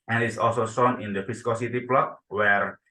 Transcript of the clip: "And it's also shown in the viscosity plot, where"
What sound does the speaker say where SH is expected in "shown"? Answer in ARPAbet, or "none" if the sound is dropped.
S